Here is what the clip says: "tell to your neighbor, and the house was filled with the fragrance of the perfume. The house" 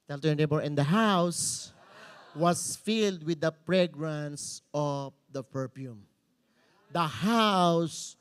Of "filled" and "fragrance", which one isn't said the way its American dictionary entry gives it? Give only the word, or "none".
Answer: fragrance